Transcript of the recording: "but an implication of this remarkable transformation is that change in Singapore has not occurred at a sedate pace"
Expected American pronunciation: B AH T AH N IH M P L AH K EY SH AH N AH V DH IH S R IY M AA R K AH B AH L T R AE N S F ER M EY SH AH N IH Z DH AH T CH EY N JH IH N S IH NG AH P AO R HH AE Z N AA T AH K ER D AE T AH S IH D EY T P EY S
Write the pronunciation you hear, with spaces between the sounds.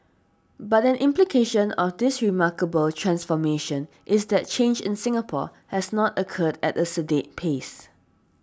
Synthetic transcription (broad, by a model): B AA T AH N IH M P L AH K EY SH AH N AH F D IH S R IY M AA K AH B AH L T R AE N S F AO M EY SH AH N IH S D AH T CH EY N JH IH N S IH NG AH P AO HH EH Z N AA T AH K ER D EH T AH S IH D EY T P EY S